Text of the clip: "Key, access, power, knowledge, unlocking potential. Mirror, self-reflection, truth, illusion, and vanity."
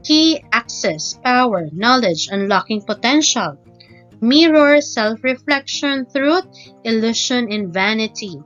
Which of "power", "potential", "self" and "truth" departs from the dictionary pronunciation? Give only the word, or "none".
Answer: truth